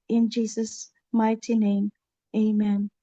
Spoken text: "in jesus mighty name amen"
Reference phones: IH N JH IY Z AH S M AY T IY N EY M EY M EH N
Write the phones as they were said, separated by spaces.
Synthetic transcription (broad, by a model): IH N JH IY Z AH S M AY T IY N EY M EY M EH N